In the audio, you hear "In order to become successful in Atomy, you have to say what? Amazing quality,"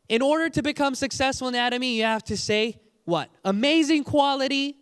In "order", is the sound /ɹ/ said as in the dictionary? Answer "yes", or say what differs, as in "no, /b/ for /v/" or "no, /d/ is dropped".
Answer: yes